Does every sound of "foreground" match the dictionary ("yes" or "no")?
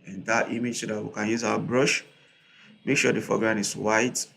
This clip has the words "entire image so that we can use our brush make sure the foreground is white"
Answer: no